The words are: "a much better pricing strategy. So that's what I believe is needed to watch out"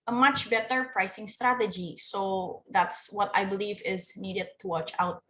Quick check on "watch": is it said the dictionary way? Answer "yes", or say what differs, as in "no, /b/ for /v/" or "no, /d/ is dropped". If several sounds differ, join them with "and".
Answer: yes